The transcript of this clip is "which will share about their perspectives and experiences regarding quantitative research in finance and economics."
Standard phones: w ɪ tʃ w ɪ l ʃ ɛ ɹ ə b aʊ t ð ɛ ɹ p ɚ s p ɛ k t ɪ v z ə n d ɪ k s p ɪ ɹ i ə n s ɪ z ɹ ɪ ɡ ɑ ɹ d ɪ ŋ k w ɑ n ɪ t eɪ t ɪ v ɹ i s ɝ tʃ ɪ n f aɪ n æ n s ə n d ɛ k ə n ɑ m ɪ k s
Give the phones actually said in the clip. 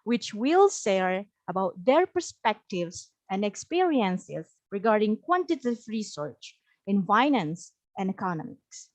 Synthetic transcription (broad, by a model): w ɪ tʃ w ɪ l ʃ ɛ ɹ ə b aʊ t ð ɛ ɹ p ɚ s p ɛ k t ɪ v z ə n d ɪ k s p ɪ ɹ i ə n s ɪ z ɹ ɪ ɡ ɑ ɹ d ɪ ŋ k w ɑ n t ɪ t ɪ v ɹ i s ɝ tʃ ɪ n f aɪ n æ n s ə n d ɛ k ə n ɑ m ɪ k s